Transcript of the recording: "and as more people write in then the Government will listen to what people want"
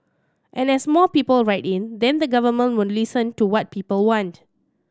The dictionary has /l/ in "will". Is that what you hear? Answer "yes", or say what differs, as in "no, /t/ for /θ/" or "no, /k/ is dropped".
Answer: no, /n/ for /l/